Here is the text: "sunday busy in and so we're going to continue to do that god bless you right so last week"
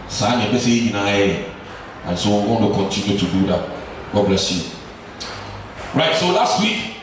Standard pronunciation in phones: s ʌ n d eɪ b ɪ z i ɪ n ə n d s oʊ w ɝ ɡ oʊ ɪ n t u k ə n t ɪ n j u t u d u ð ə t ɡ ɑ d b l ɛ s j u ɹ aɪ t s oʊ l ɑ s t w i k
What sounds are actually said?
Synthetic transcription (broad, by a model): s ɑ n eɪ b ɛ s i ɪ n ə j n s oʊ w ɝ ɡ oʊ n t u k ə n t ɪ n j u t u d u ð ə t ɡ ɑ b l ɛ s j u ɹ aɪ t s oʊ l ɑ s t w i k